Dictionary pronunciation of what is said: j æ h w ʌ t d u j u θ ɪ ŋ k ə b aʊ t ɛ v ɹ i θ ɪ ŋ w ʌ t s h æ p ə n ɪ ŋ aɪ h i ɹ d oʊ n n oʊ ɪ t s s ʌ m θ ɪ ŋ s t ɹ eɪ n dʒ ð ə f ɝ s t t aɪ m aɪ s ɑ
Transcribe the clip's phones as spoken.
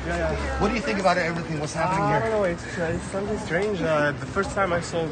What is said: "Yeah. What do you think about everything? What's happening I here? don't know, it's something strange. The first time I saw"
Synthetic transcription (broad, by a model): j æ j w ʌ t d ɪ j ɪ θ ɪ ŋ k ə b aʊ t ɛ v ɹ i θ ɪ ŋ w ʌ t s h æ p ə n ɪ ŋ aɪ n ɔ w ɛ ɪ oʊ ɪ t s s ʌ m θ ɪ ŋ s t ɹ eɪ n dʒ ð ə f ɝ s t t aɪ m aɪ s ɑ